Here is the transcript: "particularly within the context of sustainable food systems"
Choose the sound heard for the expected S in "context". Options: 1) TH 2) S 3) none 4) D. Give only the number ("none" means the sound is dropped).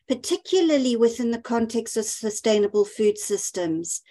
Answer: 2